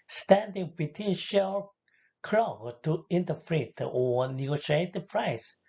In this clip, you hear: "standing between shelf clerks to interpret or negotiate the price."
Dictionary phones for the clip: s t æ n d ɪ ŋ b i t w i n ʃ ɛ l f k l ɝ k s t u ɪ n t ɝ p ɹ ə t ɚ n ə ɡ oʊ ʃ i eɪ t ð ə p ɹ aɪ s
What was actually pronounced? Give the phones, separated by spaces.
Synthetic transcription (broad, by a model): s t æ n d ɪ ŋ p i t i n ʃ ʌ l k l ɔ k t u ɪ n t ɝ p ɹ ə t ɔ n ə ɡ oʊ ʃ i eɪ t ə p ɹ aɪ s